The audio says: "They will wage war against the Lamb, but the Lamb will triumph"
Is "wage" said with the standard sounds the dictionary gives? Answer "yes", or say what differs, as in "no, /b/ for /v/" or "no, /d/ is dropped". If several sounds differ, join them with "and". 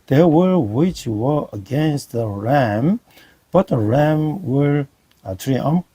no, /tʃ/ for /dʒ/